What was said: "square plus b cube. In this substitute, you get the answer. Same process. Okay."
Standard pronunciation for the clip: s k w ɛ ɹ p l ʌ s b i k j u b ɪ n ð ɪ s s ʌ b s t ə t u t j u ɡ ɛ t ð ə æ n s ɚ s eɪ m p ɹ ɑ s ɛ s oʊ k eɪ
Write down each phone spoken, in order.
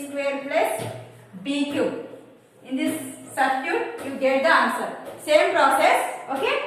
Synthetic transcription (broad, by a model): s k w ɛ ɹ p l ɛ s b i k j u ɪ n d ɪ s s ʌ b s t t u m j u ɡ ɛ t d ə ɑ n s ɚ s eɪ m p ɹ ɑ s ɛ s oʊ k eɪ